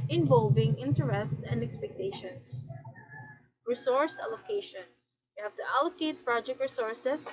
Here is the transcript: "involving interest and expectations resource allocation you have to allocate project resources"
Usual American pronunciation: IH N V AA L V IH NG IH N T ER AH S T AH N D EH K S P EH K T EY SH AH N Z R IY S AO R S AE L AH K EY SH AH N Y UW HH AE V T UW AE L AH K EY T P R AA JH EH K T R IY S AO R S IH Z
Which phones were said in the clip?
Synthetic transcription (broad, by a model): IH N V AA L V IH NG IH N T ER AH S T AH N D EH K S P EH K T EY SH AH N S R IY S AO R S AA L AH K EY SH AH N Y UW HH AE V T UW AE L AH K EY T P R AA JH EH K T R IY S AO R S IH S